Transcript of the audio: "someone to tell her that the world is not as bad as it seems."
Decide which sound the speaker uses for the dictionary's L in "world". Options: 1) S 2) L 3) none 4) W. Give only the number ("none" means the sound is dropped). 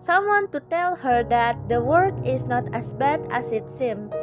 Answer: 3